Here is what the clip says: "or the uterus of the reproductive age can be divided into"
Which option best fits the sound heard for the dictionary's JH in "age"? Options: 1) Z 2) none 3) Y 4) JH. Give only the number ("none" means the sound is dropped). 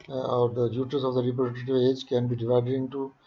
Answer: 4